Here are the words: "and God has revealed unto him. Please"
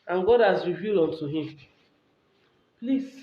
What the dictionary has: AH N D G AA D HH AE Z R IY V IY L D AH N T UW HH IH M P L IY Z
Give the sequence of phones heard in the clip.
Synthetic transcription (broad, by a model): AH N G AA D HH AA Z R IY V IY L AO N T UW HH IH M P L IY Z